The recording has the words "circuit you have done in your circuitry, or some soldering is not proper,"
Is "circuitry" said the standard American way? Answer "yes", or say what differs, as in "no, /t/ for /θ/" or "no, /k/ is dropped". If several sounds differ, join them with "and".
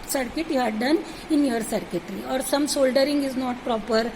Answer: yes